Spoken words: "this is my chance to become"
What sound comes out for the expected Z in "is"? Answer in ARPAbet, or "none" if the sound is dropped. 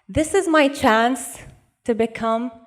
Z